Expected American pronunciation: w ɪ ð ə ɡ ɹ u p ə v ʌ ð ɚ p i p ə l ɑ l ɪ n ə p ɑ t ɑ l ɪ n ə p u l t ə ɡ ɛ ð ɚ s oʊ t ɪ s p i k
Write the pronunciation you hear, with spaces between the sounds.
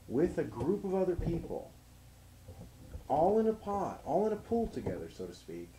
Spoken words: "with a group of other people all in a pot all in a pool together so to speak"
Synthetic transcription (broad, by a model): w ɪ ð ə ɡ ɹ u p ə v ʌ ð ɚ p i p l ɑ l ɪ n ə p ɑ t ɑ l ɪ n ə p u l t ə ɡ ɛ ð ɚ s oʊ t ɪ s p i k